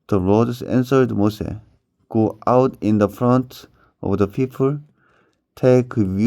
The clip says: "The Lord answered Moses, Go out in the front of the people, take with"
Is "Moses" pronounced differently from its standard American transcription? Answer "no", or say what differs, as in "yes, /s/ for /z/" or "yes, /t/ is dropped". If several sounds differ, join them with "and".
yes, /s/ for /z/ and /s/ is dropped